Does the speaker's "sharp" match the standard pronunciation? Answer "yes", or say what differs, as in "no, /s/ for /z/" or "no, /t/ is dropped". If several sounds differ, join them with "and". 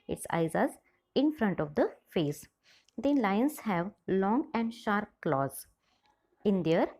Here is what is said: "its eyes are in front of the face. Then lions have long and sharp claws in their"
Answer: yes